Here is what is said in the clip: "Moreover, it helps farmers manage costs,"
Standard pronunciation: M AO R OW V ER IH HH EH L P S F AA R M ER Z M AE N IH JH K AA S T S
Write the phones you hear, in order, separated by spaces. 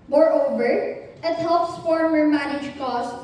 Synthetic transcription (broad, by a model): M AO R OW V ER IH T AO P S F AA R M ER M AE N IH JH K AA S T